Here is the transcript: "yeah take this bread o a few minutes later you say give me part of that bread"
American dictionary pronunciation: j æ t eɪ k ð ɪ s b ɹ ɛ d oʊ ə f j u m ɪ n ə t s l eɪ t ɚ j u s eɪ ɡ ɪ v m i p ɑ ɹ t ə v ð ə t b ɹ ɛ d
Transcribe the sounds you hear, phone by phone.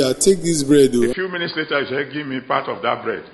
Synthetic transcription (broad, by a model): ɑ t eɪ k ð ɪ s b ɹ ɛ d oʊ ə f j u m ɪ n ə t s l eɪ t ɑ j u ʃ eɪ ɡ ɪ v m i p ɑ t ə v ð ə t b ɹ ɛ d